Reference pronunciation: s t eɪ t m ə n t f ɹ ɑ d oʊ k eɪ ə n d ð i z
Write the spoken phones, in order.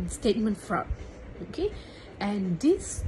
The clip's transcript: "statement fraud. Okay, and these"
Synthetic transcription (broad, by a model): s t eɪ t m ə n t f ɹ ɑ oʊ k eɪ ə n d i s